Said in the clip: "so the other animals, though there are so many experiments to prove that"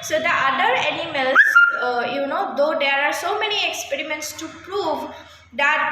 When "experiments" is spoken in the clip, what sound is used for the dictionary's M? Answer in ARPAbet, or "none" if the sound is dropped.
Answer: M